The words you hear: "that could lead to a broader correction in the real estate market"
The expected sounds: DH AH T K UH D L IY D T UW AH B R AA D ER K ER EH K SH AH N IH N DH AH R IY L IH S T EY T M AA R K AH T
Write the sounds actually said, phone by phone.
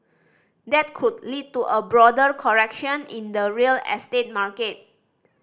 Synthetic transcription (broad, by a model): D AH T K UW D L IY D T UW AH B R AA D ER K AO EH K SH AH N IH N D AH R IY L IH S T EY T M AA R K AH T